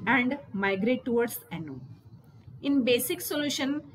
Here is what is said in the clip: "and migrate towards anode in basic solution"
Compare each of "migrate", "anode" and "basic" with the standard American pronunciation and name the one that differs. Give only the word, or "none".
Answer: anode